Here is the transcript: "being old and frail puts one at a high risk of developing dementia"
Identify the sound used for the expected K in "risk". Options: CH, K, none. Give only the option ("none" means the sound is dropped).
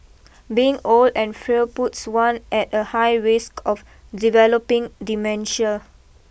K